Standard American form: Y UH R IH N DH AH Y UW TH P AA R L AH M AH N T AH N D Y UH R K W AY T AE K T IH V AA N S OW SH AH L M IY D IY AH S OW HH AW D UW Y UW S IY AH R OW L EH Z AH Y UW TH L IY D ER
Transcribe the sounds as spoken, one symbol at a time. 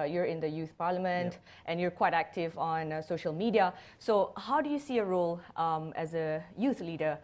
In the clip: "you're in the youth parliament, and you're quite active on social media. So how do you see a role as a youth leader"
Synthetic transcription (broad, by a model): Y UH R IH N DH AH Y UW TH P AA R L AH M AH N T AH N Y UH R K W AY T AE K T IH V AA N S OW SH AH L M IY D IY AH S OW HH AW D UW Y UW S IY AH R OW L EH Z AH Y UW TH L IY D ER